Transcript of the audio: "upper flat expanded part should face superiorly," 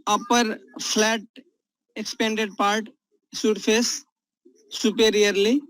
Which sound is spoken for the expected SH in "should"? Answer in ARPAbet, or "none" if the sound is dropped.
S